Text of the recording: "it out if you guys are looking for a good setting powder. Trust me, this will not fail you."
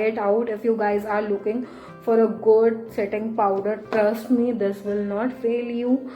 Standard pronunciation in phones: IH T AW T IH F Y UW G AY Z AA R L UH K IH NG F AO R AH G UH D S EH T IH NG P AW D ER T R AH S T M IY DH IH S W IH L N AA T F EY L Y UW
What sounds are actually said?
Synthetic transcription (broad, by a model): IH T AW T IH F Y UW G AY Z AA R L UH K IH NG F AO R AH G UH D S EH T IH NG P AW D ER T R AH S T M IY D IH S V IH L N AA T F EY L Y UW